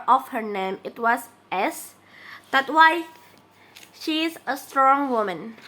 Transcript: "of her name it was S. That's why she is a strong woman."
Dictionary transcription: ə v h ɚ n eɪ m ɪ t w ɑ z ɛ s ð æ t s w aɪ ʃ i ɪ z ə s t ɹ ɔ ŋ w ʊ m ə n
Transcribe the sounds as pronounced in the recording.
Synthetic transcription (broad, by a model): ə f h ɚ n eɪ m ɪ t w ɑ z ɛ s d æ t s w aɪ ʃ i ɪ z ə s t ɹ ɔ ŋ w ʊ m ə n